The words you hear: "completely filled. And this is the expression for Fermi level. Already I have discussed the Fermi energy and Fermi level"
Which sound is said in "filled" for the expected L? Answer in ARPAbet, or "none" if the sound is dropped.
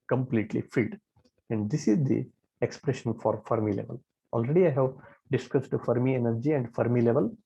none